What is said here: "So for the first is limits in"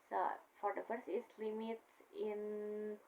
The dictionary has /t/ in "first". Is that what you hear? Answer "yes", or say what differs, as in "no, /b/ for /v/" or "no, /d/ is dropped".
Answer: no, /t/ is dropped